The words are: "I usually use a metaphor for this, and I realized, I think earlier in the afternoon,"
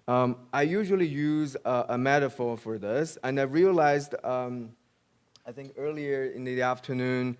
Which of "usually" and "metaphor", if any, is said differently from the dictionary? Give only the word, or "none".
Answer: none